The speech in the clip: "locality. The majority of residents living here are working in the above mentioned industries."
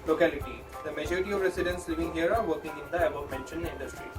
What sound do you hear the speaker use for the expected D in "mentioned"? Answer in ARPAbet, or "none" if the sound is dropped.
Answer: none